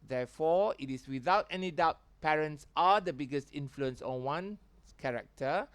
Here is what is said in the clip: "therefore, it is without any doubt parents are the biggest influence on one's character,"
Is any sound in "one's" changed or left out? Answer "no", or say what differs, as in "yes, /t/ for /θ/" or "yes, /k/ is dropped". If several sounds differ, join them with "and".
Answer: yes, /z/ is dropped